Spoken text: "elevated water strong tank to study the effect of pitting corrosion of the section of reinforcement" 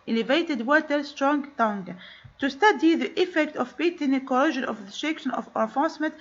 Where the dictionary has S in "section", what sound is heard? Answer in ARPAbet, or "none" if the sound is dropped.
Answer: SH